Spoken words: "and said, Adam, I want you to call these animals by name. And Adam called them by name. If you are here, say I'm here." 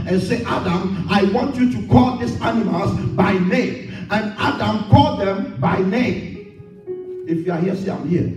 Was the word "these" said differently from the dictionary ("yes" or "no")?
yes